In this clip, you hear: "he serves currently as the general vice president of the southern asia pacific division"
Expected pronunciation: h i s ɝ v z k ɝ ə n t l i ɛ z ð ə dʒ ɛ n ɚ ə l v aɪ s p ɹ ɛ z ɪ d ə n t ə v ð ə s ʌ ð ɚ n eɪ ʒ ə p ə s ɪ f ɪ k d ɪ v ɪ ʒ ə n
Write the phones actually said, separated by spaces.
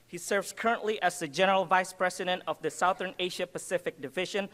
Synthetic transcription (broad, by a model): h i s ɝ v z k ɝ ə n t l i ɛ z ð ə dʒ ɛ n ɚ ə l v aɪ s p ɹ ɛ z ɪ d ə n t ə v ð ə s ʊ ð ɚ n eɪ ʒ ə p ə s ɪ f ɪ k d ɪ v ɪ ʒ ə n